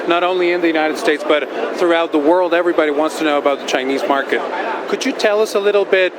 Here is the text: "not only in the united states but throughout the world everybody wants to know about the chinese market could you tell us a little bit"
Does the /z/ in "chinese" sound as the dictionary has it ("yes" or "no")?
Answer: yes